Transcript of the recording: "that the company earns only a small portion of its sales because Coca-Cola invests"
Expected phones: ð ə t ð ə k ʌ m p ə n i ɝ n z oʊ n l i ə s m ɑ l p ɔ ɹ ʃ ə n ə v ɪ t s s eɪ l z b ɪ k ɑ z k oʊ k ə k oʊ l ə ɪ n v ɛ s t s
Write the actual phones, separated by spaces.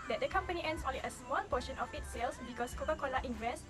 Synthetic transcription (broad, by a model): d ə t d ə k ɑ m p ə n i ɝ n s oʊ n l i ə s m ɑ l p ɔ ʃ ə n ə f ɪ t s s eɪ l s b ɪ k ɑ s k oʊ k ə k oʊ l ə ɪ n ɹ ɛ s s